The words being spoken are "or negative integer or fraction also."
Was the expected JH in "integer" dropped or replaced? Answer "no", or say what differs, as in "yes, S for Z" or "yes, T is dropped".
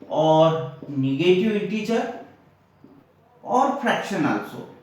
yes, CH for JH